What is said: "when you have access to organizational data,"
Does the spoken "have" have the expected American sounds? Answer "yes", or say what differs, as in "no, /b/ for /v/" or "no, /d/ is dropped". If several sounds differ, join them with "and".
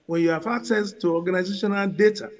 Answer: no, /f/ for /v/